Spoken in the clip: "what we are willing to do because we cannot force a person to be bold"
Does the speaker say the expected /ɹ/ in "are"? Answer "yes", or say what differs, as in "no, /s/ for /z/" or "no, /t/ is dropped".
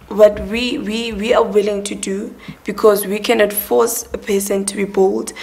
no, /w/ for /ɹ/